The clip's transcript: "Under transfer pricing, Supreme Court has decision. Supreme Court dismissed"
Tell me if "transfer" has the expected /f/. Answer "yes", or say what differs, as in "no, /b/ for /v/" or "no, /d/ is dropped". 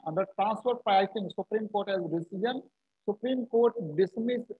no, /p/ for /f/